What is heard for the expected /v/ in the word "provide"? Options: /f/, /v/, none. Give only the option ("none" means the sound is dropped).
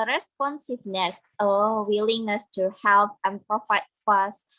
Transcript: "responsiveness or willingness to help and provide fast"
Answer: /f/